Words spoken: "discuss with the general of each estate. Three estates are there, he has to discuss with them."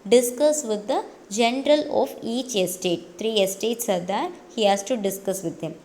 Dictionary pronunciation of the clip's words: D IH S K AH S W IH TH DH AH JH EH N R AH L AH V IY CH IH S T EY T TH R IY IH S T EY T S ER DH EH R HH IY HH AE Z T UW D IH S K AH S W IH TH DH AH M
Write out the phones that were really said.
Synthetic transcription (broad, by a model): D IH S K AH S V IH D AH JH EH N R AH L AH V IY CH IH S T EY T T R IY IH S T EY T S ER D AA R HH IY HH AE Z T UW D IH S K AH S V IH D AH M